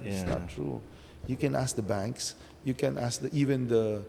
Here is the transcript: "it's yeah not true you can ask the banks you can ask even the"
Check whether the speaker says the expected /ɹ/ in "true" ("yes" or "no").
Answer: yes